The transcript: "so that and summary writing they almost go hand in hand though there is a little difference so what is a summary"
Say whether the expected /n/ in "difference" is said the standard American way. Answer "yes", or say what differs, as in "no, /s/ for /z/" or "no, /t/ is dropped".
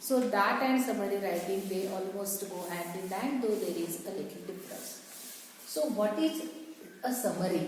no, /n/ is dropped